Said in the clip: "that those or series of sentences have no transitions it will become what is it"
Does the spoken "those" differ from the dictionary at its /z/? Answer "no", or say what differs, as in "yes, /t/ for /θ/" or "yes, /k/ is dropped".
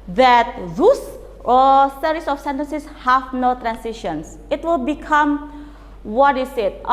yes, /s/ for /z/